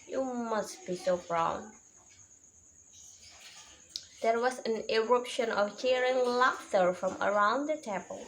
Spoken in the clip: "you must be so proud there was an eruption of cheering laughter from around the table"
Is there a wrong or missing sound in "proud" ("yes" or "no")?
yes